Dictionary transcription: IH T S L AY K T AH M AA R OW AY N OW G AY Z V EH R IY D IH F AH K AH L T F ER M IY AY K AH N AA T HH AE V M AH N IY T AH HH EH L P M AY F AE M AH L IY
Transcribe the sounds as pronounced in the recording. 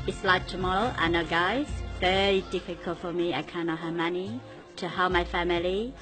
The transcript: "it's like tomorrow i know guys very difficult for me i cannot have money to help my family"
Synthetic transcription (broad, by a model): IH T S L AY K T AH M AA L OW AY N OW G AY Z V EH R IY D IH F AH K AH L T F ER M IY AY K AH N AA T HH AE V M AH N IY T AH HH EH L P M AY F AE M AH L IY